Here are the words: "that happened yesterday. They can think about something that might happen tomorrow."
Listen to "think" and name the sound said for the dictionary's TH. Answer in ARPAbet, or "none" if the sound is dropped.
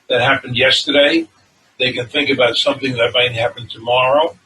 TH